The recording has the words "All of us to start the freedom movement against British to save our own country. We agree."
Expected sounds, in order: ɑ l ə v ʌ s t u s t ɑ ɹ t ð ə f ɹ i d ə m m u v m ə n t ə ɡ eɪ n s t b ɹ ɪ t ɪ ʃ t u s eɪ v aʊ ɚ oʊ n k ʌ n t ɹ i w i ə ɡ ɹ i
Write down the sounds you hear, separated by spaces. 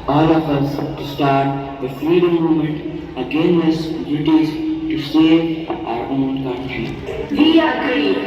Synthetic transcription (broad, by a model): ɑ l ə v ʌ s t u s t ɑ ɹ t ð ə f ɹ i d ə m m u m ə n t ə ɡ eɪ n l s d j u t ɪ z t u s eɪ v aʊ ɚ oʊ n k ʌ n t ɹ i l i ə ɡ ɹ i